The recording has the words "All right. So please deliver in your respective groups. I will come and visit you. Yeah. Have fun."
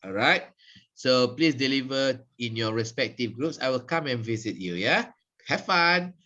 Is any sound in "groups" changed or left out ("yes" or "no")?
no